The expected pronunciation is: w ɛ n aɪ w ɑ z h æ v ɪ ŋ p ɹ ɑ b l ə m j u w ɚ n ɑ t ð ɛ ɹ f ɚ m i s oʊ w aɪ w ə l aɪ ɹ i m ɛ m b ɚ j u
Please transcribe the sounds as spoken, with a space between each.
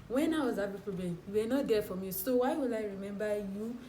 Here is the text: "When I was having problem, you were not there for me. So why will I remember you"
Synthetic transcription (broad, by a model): w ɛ n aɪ w ɑ z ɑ b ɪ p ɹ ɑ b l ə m j u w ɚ n ɑ t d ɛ f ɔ m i s oʊ w aɪ w ə l aɪ ɹ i m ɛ m b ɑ j u